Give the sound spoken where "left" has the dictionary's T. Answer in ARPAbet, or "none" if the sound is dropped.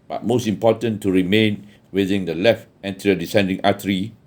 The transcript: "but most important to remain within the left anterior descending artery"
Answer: T